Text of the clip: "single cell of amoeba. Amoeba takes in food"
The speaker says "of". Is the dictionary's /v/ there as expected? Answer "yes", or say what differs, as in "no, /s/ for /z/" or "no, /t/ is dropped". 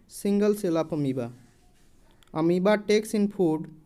no, /p/ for /v/